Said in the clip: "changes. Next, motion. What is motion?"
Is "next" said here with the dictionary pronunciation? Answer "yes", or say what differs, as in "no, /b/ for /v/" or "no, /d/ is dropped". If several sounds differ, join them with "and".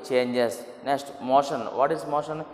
yes